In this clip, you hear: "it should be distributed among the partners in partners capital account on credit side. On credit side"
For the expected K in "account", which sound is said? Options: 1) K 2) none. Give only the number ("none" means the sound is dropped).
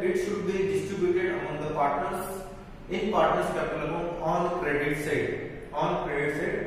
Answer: 2